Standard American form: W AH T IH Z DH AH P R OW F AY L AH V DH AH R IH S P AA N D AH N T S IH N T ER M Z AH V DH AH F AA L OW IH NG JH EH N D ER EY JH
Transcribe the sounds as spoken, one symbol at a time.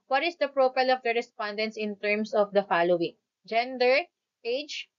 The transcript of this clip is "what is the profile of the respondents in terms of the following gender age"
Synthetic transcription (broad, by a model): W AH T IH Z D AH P R OW P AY L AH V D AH R IH S P AA N D AH N T S IH N T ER M S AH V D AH F AA L OW IH NG JH EH N D ER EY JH